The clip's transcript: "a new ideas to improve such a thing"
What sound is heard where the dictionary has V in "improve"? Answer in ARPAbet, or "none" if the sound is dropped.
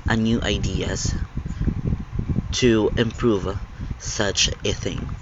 V